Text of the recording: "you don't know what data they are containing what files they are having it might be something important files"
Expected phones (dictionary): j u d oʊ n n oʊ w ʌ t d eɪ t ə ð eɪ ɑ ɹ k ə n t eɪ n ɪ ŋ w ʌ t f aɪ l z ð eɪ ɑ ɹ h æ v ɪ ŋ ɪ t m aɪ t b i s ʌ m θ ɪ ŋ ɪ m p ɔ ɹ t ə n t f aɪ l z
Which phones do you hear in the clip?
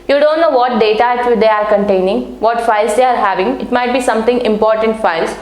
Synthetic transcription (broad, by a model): j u d oʊ n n oʊ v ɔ t d eɪ t ə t eɪ ɑ ɹ k ə n t eɪ n ɪ ŋ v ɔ t f aɪ l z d eɪ ɑ ɹ h æ v ɪ ŋ ɪ t m aɪ t b i s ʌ m t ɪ ŋ ɪ m p ɔ ɹ t ə n t f aɪ l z